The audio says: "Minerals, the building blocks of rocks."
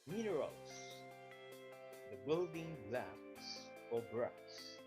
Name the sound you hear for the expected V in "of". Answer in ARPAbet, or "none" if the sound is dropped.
B